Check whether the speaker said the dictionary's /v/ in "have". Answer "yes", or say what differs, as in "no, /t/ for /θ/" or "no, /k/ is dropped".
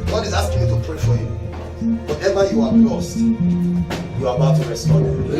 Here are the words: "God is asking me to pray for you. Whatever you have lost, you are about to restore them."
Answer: no, /b/ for /v/